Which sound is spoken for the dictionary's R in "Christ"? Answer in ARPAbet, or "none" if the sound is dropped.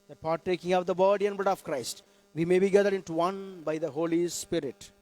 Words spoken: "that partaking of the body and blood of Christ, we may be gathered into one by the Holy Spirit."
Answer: R